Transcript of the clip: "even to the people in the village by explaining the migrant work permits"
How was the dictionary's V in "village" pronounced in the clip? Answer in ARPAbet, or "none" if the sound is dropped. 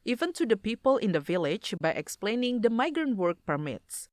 V